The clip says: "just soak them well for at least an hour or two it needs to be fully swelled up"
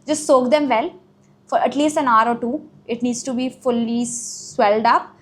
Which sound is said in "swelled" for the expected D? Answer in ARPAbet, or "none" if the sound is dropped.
D